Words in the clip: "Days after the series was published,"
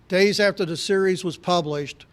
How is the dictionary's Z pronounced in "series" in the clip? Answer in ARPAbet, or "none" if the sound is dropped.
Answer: Z